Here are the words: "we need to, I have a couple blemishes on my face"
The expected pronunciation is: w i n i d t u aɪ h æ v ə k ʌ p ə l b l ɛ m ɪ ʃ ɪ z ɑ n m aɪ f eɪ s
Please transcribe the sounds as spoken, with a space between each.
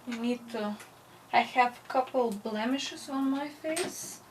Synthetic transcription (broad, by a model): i n i d t u aɪ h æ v ə k ʌ p ə l b l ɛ m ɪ ʃ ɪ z ɑ n m aɪ f eɪ s